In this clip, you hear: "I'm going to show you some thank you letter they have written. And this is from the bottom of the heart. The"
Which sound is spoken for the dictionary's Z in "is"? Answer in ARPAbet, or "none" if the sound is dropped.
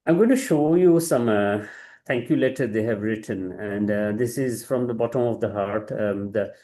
Z